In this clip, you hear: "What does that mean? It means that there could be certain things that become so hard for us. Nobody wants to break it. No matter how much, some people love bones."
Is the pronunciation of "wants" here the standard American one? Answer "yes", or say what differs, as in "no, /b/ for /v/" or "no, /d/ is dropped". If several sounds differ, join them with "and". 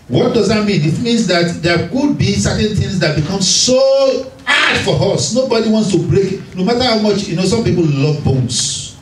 yes